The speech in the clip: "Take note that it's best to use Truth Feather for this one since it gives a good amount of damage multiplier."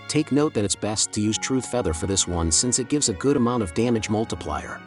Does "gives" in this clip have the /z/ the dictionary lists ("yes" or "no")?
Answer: yes